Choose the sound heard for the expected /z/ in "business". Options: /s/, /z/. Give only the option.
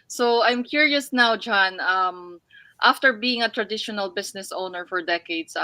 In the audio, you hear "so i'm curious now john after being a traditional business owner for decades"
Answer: /s/